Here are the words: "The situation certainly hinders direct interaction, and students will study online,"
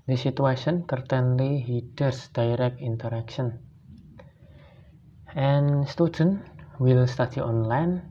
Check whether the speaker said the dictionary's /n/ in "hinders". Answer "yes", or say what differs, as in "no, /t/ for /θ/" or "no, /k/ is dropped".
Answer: no, /n/ is dropped